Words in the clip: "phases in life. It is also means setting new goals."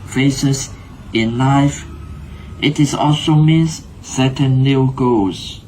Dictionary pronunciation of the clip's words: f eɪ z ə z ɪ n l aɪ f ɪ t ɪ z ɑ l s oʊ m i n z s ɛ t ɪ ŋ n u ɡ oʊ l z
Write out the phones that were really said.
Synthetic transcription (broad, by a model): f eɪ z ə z ɪ n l aɪ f ɪ t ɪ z ɑ l s oʊ m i n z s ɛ t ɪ n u ɡ oʊ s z